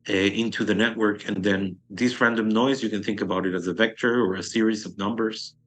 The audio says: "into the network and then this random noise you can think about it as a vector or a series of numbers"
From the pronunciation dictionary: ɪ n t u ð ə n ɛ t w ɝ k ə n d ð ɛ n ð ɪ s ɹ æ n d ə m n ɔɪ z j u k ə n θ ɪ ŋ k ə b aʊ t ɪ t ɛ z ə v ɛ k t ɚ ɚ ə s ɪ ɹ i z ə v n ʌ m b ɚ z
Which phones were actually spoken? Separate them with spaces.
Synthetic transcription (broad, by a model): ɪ n t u ð ə n ɛ t w ɝ k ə n ð ɛ n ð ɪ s ɹ æ n d ə m n ɔɪ z j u k ə n θ ɪ ŋ k ə b aʊ t ɪ t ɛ z ə v ɛ k t ɚ ɚ ə s ɪ ɹ i z ə v n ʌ m b ɚ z